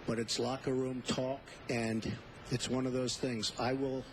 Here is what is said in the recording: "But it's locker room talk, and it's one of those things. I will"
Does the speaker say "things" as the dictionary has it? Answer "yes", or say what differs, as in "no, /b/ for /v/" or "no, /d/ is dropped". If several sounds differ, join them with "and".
yes